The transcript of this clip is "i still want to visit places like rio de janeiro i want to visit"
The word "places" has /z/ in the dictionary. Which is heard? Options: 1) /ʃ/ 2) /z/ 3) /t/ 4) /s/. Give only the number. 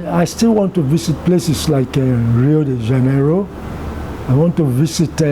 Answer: 4